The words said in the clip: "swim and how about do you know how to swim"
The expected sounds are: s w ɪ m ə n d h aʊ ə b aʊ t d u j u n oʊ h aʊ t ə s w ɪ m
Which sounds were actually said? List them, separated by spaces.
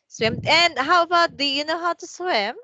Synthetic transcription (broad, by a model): s w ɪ m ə n h aʊ ə b aʊ t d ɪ j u n oʊ h aʊ t ə s w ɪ m